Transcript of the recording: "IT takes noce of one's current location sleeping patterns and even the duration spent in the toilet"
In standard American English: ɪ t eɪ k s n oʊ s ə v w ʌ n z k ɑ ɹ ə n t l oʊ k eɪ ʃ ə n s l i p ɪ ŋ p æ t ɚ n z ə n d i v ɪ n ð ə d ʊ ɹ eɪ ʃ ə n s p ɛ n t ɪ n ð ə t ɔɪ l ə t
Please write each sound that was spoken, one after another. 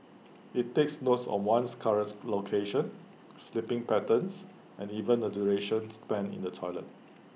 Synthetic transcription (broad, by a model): ɪ t eɪ k s n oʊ s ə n w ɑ n s k ɑ ɹ ə n t l oʊ k eɪ ʃ ə n s l i p ɪ ŋ p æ t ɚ n s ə n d i v ɪ n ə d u ɹ eɪ ʃ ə n s p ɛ n ɪ n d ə t ɔɪ l ə t